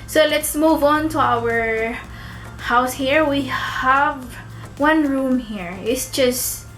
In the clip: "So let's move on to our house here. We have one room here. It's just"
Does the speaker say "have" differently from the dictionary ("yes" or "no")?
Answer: no